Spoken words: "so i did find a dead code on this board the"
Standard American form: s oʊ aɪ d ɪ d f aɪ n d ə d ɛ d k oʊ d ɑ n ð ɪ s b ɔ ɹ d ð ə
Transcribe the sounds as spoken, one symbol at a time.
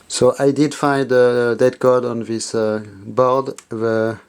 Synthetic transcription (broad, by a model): s oʊ aɪ d ɪ d f aɪ n d ə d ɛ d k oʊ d ɑ n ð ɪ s b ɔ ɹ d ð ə